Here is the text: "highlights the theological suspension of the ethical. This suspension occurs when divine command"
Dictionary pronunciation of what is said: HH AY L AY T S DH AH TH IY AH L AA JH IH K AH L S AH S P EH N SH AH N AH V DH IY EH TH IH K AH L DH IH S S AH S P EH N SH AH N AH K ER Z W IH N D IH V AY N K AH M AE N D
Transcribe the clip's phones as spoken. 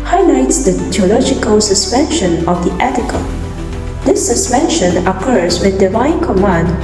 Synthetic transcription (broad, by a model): HH AY L AY T S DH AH T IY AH L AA JH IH K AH L S AH S P EH N SH AH N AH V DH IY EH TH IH K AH L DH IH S S AH S P EH N SH AH N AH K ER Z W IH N D IH V AY N K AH M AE N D